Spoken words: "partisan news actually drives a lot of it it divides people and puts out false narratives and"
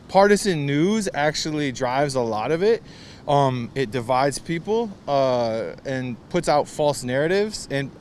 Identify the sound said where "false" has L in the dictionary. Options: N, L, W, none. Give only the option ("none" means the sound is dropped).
L